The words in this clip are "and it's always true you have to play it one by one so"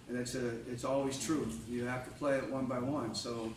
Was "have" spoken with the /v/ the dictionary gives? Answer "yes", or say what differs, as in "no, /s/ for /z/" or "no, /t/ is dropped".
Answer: no, /f/ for /v/